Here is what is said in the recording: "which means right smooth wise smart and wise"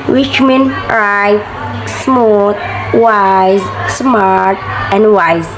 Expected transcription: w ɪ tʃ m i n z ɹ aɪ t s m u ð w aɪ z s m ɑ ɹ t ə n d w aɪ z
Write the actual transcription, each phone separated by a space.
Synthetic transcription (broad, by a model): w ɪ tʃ m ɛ n ɹ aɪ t s m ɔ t w aɪ z s m ɑ ɹ t ə n d w aɪ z